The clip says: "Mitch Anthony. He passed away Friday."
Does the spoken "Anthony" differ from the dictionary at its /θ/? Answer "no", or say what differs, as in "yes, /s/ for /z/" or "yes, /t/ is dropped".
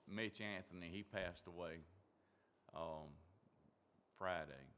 no